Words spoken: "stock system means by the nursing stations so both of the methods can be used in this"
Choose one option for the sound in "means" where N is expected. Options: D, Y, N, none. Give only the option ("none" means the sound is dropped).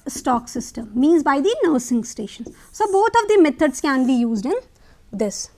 N